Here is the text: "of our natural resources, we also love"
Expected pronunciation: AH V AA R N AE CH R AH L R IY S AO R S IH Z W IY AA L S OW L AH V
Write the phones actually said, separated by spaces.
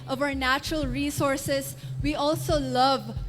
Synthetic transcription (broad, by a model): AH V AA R N AE CH R AH L R IY S AO R S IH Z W IY AA L S OW L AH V